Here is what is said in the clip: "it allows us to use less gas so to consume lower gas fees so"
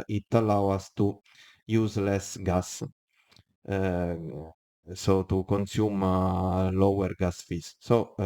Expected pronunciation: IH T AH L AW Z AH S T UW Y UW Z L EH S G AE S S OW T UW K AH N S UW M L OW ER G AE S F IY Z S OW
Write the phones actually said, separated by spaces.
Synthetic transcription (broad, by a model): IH T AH L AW AA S T UW Y UW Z L EH S G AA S S OW T UW K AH N S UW M L OW ER G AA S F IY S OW